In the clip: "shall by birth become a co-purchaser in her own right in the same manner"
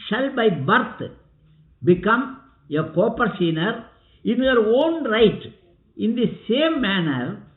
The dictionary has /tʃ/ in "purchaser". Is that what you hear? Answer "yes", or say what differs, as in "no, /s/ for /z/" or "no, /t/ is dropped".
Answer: no, /s/ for /tʃ/